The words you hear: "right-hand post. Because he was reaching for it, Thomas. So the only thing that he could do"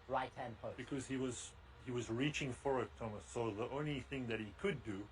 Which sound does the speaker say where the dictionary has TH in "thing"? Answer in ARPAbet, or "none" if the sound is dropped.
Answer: TH